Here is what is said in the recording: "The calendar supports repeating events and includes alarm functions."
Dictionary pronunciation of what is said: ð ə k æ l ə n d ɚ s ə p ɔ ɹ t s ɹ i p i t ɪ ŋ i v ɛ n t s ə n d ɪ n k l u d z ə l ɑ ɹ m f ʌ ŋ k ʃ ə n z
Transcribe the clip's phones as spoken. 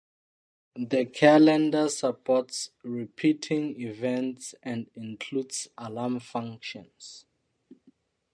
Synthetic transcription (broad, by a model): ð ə k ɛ l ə n d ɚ s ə p ɔ t s ɹ i p i t ɪ ŋ i v ɛ n t s ə n d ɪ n k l u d s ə l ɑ m f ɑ ŋ k ʃ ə n s